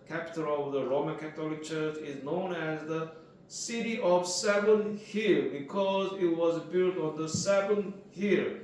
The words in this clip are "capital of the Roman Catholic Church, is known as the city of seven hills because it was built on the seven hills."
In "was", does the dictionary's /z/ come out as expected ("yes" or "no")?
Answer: yes